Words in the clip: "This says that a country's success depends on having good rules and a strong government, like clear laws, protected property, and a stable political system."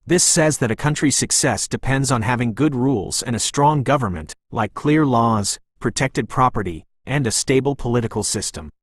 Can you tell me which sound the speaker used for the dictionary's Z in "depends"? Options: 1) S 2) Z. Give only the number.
2